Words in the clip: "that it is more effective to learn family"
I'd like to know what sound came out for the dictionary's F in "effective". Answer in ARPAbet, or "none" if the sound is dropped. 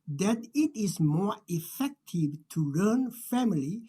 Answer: F